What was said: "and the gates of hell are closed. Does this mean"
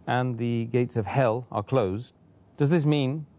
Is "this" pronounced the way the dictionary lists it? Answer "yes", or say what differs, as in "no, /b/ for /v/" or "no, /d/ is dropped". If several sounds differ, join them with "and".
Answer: yes